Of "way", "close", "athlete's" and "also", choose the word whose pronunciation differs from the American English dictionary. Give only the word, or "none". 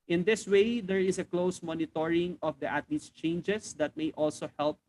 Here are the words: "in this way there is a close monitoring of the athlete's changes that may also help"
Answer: athlete's